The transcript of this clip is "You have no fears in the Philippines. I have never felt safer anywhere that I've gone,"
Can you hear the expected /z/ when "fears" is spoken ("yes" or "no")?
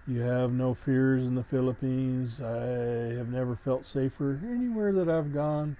yes